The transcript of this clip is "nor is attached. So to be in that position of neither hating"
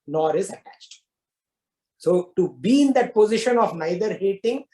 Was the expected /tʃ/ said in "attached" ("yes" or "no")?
yes